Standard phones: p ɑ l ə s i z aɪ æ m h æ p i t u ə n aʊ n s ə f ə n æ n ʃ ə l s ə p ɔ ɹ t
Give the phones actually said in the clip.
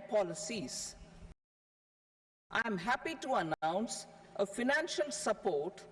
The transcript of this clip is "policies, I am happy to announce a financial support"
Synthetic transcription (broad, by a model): p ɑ l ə s i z aɪ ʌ m h æ p i t u ə n aʊ n s ə f ə n æ n ʃ ə l s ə p ɔ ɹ t